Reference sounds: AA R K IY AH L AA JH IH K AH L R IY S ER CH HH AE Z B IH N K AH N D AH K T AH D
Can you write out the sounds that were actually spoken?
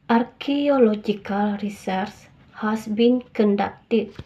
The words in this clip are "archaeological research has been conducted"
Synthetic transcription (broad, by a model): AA R K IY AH L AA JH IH K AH L R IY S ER S HH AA S B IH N K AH N D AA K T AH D